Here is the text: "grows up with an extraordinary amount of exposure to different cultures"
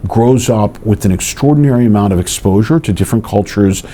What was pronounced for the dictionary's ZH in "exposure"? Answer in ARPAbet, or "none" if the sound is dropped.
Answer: ZH